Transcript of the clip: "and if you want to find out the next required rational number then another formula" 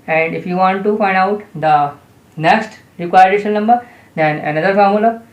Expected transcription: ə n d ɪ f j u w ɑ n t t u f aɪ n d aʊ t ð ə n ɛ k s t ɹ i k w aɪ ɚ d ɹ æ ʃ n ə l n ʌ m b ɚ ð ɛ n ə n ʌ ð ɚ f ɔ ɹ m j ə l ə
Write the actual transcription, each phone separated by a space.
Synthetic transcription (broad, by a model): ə n d ɪ f j u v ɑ n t t u f aɪ n d aʊ t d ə n ɛ k s t ɹ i k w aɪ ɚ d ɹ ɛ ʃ ə n ʌ m b ɚ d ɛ n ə n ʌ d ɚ f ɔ ɹ m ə l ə